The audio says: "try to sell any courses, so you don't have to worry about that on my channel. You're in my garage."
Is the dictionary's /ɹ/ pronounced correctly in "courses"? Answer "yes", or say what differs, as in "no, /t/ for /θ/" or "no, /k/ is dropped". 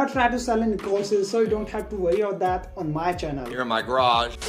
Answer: no, /l/ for /ɹ/